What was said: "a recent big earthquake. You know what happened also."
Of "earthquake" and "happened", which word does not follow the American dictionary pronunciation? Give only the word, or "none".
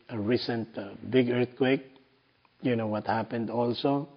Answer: none